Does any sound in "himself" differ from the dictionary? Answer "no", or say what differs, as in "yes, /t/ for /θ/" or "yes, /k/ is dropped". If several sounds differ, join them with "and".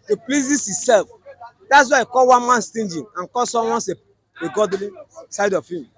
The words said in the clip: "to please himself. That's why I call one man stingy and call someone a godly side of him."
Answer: yes, /m/ is dropped